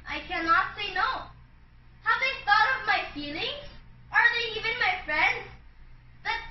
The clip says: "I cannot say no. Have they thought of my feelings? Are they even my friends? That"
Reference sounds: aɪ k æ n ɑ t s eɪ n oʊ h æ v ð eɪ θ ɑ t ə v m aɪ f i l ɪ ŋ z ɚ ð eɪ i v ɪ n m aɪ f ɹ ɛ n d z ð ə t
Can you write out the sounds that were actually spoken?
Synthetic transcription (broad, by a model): aɪ k æ n ɑ t s eɪ n oʊ h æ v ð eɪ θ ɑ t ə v m aɪ f i l ɪ ŋ z ɚ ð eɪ i v ɪ n m aɪ f ɹ ɛ n d z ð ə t